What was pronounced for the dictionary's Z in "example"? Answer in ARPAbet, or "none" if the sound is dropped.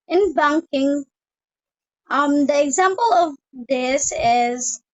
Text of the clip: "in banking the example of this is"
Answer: Z